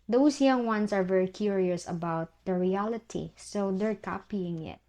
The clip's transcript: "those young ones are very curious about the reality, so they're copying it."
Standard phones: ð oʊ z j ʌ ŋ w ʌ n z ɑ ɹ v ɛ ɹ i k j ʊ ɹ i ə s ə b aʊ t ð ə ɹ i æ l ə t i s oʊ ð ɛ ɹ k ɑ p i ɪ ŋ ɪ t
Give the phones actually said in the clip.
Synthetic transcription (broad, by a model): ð oʊ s j ʌ ŋ w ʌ n s ɑ ɹ v ɛ ɹ i k j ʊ ɹ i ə s ə b aʊ t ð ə ɹ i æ l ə t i s oʊ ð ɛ ɹ k ɑ p i ɪ ŋ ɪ t